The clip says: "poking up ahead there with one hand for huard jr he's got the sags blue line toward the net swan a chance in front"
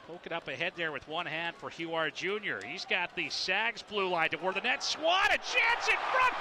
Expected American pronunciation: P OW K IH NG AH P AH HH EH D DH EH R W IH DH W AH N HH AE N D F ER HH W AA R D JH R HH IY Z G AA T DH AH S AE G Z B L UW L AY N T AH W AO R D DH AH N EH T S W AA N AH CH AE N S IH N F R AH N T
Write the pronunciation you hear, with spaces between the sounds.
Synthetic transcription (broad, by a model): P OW K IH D AH P AH HH EH D DH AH R W IH DH W AH N HH AE N D F ER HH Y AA R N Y R HH IY Z G AA T DH AH S AE G Z B L UW L AY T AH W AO R DH AH N EH T S W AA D AH CH AE N S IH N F R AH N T